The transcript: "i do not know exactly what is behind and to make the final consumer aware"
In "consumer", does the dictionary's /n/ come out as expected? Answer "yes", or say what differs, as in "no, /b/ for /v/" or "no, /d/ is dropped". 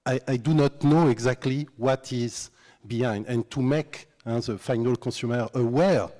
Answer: no, /n/ is dropped